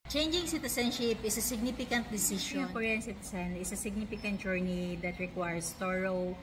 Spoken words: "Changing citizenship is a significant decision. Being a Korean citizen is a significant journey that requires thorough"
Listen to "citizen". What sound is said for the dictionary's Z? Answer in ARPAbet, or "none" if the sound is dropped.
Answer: S